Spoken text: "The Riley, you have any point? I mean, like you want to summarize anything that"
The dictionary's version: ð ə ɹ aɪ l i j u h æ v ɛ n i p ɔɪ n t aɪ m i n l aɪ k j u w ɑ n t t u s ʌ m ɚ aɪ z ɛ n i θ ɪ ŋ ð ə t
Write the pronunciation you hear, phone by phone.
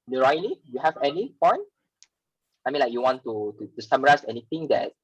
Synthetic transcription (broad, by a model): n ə ɹ aɪ l i j u h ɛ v ɛ n i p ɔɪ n aɪ m i n l aɪ k j u w ɑ n t t u s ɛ m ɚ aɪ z ɛ n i t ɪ ŋ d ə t